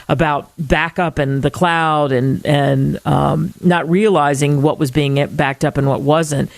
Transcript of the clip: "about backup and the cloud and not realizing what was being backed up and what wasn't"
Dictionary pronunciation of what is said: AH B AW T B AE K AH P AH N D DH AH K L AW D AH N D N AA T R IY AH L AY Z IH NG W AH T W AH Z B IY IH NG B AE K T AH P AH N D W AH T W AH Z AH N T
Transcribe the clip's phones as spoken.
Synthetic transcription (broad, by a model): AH B AW T B AE K AH P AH N DH AH K L AW D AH N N N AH T R IY AH L AY Z IH NG W AH T W AH Z B IY IH NG B AE K T AH P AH N W AH T W AH Z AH N T